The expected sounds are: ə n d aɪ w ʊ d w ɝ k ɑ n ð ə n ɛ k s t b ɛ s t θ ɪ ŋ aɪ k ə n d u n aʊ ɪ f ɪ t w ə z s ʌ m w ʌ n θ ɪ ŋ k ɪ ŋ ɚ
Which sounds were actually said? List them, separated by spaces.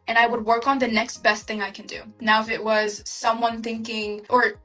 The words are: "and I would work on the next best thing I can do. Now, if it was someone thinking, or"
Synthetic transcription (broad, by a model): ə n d aɪ w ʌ d w ɝ k n ð ə n ɛ k s t b ɛ s t θ ɪ ŋ aɪ k ə n d u n aʊ ɪ f ɪ t w ə z s ʌ m w ʌ n θ ɪ ŋ k ɪ ŋ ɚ